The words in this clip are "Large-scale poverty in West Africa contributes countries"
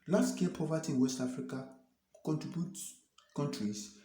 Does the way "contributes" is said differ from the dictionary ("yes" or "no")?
yes